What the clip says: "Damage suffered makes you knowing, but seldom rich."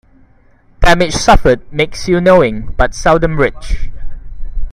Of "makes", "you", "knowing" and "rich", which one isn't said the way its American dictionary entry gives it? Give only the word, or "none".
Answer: none